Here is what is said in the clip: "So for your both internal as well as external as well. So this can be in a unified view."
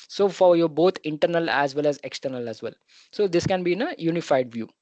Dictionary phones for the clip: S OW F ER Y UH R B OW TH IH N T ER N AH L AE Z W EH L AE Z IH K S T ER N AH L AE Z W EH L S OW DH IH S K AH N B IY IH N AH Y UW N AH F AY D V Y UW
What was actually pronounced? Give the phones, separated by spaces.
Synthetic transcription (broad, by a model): S OW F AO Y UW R B OW T IH N T ER N AH L AE Z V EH L AE Z IH K S T ER N AH L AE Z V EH L S OW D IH S K AH N B IY IH N AH Y UW N AH F AY D V Y UW